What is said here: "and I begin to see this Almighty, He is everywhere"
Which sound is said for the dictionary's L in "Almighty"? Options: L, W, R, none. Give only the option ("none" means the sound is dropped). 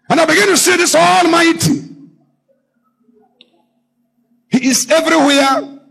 L